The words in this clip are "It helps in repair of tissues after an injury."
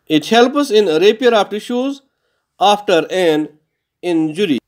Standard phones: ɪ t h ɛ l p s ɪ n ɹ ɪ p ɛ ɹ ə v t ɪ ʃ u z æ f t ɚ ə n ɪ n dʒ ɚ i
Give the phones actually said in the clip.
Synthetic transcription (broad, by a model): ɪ t h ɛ l p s ɪ n ɹ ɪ p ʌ ɹ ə p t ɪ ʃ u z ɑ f t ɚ ə n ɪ n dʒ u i